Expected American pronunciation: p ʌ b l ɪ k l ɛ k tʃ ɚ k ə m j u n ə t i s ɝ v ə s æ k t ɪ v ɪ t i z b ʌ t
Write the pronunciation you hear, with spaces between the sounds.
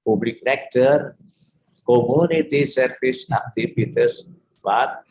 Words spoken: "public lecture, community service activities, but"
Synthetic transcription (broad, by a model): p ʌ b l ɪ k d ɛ k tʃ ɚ k ə m j u n ə t i s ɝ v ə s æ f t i f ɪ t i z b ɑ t